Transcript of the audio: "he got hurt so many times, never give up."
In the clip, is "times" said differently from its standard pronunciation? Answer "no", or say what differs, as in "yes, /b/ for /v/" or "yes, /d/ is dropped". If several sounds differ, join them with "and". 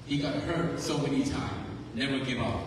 yes, /z/ is dropped